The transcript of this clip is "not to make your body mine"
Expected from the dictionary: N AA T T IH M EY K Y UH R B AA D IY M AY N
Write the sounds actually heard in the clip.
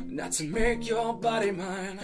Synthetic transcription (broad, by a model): N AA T T IH M EY K Y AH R B AA D IY M AY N